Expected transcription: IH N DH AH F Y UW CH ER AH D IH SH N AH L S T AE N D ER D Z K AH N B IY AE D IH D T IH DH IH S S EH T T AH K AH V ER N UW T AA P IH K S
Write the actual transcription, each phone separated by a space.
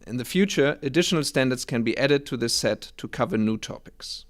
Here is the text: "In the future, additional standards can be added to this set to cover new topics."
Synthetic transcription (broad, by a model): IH N DH AH F Y UW CH ER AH D IH SH N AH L S T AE N D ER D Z K AH N B IY AE D IH D T IH DH IH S S EH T T AH K AH V ER N UW T AA P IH K S